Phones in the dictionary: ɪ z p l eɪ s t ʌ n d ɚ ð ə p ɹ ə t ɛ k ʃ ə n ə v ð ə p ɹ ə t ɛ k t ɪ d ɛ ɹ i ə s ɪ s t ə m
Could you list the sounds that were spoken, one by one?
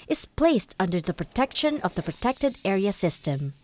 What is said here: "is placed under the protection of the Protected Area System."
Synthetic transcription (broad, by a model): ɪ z p l eɪ s t ʌ n d ɚ ð ə p ɹ ə t ɛ k ʃ ə n ə v ð ə p ɹ ə t ɛ k t ɪ d ɛ ɹ i ə s ɪ s t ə m